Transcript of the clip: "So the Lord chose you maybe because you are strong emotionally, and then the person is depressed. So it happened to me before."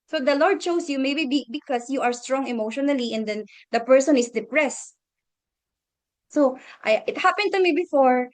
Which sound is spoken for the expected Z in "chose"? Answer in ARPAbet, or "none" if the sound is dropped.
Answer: S